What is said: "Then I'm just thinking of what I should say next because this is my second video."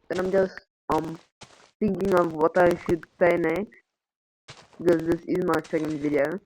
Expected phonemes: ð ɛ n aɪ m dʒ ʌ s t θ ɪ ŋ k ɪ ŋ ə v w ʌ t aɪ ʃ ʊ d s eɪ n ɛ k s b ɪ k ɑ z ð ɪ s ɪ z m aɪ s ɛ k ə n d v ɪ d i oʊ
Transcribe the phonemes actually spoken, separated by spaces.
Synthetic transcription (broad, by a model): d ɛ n aɪ m dʒ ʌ s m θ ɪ ŋ k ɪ ŋ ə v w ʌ t aɪ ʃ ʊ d s eɪ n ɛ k b ɪ k ɑ z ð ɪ s ɪ z m aɪ s ɛ k ə n d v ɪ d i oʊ